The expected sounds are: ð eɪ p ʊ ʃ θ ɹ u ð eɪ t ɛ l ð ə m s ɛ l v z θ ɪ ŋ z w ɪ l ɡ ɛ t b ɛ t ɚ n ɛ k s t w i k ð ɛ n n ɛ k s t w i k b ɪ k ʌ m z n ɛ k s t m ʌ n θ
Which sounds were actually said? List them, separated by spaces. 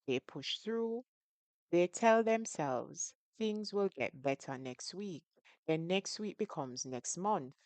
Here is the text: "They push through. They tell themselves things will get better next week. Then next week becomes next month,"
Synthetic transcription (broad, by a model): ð eɪ p ʊ ʃ θ ɹ u ð eɪ t ɛ l ð ə m s ɛ l v z θ ɪ ŋ z w ɪ l ɡ ɛ t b ɛ t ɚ n ɛ k s t w i k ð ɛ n n ɛ k s t w i k b ɪ k ʌ m z n ɛ k s t m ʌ n θ